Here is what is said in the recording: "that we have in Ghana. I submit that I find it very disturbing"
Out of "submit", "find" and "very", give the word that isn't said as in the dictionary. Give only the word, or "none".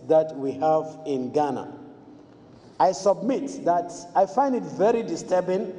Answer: none